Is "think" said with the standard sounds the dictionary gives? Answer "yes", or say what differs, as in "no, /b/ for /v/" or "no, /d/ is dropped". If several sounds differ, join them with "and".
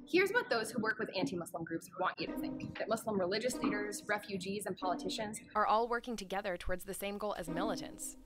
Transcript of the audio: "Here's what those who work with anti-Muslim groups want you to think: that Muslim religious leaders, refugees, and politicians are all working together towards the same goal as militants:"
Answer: yes